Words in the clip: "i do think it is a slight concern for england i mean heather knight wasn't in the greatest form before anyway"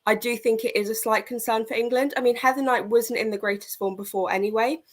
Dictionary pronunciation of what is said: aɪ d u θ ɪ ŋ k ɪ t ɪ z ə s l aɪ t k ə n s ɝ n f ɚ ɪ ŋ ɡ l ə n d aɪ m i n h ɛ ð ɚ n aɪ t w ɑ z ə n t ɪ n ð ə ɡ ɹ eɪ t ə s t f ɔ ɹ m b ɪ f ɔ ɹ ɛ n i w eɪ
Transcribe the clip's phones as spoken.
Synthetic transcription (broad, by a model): aɪ d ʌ θ ɪ ŋ k ɪ t ɪ z ə s l aɪ t k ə n s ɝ n f ɚ ɪ ŋ ɡ l ə n d aɪ m i n h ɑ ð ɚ n aɪ t w ɑ z ə n t ɪ n ð ə ɡ ɹ eɪ t ə s t f ɔ m b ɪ f ɔ ɹ ɛ n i w eɪ